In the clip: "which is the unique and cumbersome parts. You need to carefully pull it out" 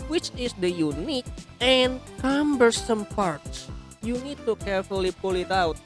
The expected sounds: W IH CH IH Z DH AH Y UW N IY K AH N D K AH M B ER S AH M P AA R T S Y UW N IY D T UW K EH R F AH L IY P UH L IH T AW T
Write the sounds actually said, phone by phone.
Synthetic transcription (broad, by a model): W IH CH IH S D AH Y UW N IY K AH N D K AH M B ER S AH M P AA R T S Y UW N IY D T UW K EH R F AH L IY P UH L IH T AW T